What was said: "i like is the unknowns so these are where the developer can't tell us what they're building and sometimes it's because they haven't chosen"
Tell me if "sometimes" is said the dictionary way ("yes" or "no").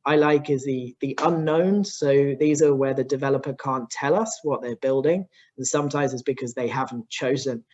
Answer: yes